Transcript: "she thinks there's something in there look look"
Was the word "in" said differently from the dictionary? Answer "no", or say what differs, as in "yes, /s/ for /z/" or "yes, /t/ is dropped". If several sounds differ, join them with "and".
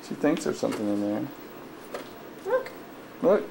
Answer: no